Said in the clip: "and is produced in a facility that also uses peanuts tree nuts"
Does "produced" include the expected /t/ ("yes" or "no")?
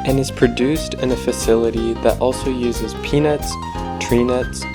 yes